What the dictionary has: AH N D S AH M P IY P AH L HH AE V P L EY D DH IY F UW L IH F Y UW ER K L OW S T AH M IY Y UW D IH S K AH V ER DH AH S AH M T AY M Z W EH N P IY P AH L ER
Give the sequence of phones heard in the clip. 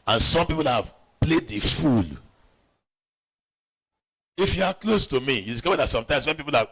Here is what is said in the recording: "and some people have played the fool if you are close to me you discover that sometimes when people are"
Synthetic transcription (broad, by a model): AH N S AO M P IY P AH L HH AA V P L EY D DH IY F UW L IH F Y UW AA K L OW S T AH M IY Y UW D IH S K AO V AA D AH S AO M T AY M S W EH N P IY P AH L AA